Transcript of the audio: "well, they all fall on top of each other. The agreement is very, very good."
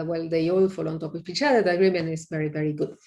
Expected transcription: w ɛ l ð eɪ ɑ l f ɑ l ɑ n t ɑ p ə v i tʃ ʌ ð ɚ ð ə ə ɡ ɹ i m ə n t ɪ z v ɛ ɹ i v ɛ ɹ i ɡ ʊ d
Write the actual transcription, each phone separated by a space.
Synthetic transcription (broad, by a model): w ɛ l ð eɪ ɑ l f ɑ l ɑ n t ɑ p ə p i tʃ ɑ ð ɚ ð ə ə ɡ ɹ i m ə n ɪ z v ɛ ɹ i v ɛ ɹ i ɡ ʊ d